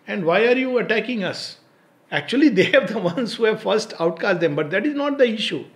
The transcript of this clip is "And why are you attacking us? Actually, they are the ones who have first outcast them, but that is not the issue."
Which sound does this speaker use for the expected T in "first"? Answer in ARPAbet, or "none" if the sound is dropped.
T